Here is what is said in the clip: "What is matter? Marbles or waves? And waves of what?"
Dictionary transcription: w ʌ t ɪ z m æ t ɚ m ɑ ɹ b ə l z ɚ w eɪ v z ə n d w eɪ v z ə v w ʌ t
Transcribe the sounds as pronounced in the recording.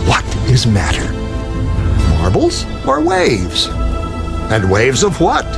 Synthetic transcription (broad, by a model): w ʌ t ɪ z m æ t ɚ m ɑ ɹ b l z ɚ w eɪ v z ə n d w eɪ v z ə v w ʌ t